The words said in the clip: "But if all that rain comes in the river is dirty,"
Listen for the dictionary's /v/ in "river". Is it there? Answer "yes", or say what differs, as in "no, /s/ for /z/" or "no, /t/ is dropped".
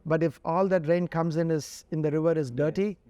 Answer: yes